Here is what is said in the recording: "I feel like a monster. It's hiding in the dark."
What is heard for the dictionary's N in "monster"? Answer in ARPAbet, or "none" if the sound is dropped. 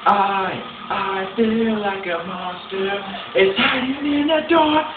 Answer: none